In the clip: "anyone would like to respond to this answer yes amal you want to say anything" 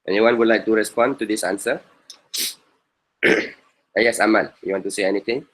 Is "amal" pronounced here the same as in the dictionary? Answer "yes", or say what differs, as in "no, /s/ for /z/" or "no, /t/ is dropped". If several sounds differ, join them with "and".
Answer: no, /n/ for /l/